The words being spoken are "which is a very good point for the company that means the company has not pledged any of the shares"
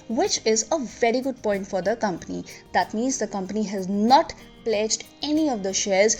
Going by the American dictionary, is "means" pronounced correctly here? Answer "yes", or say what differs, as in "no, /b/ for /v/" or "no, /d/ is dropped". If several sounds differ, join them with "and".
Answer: yes